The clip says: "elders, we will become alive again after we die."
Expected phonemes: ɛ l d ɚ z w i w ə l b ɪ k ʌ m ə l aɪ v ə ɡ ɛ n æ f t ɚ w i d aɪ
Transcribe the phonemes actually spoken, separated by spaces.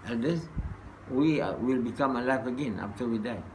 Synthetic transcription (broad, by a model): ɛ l d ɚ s w i w ə l b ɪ k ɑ m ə l aɪ f ə ɡ ɛ n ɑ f t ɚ w i d aɪ